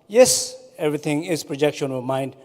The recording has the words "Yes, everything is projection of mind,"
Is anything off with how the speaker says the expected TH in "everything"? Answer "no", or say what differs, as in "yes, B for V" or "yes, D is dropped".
yes, T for TH